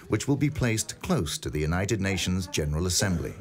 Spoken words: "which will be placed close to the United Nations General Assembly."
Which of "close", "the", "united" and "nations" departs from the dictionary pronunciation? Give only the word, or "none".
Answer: none